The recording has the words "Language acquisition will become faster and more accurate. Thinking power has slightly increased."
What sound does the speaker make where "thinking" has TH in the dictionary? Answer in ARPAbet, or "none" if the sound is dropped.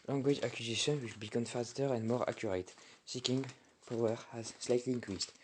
S